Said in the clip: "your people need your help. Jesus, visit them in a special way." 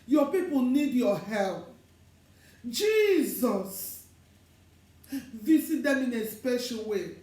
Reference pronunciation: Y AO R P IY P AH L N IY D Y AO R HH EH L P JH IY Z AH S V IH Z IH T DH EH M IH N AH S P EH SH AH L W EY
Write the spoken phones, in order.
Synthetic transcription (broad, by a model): Y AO P IY P AH L N IY D Y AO HH EH L P JH IY Z AH S V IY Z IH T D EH M IH N AH S P EH SH AH L W EY